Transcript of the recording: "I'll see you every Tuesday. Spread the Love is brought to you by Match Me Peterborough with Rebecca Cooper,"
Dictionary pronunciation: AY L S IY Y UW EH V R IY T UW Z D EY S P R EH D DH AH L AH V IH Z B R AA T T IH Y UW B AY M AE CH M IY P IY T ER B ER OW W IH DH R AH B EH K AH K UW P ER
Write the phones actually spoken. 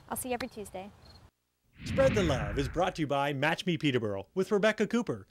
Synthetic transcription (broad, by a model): AY L S IY EH V R IY T UW Z D EY S P R EH D DH AH L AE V IH Z B R AA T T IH B AY M AE CH M IY P IY T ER B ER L W IH DH R AH B EH K AH K UW P ER